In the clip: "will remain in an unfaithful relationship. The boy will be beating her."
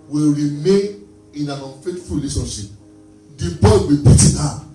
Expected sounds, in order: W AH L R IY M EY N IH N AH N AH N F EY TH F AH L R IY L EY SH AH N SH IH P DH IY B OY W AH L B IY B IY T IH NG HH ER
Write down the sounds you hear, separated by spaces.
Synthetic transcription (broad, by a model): W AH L R IY M EY N IH N AH N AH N F EY T F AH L L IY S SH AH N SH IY P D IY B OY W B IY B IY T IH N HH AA